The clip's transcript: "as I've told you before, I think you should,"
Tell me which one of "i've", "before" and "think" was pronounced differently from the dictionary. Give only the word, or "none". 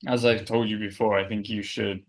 none